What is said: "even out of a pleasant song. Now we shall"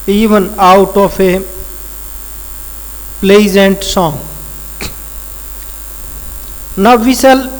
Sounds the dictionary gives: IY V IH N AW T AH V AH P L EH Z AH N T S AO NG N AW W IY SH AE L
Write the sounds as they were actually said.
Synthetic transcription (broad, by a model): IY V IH N AW T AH P AH P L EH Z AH N T S AO NG N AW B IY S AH L